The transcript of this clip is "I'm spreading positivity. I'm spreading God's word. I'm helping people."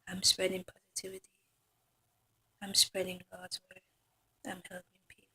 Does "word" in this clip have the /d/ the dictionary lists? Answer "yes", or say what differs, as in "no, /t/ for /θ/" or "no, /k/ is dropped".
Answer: no, /d/ is dropped